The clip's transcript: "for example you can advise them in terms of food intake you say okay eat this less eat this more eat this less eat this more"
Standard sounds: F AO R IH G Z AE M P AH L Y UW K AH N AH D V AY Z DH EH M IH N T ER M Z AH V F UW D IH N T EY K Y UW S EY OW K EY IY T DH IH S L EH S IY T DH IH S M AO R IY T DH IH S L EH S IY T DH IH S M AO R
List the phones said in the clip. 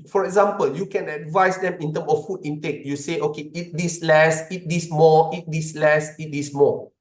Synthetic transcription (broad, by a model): F AO R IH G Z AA M P AH L Y UW K AH N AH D V AY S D EH M IH N T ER M AH F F UW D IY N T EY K Y UW S EY OW K EY IY T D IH S L EH S IY T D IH S M AO IY T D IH S L EH S IY T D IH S M AO